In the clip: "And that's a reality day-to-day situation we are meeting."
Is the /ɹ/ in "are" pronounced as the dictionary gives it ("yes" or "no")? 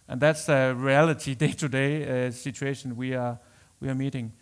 no